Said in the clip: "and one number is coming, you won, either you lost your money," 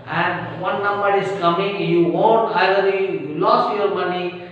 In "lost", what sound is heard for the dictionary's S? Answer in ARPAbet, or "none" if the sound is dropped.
S